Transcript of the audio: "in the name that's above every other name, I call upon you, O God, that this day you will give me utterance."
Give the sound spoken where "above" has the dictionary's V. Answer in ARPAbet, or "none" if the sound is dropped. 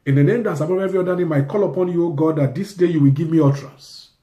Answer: P